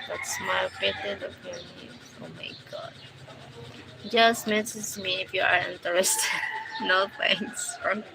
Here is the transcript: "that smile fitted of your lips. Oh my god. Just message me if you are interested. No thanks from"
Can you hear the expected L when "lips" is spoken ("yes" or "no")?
no